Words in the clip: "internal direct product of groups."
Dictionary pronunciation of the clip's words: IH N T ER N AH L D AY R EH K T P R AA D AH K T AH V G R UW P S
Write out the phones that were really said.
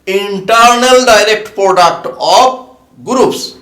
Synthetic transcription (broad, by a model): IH N T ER N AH L D AY R EH K T P R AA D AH K T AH P G R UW P S